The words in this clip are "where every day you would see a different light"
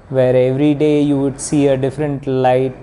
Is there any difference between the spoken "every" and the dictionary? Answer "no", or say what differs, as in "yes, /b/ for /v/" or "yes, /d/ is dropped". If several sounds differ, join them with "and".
no